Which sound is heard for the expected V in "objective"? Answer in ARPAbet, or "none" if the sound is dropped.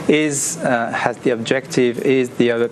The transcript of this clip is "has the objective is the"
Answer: V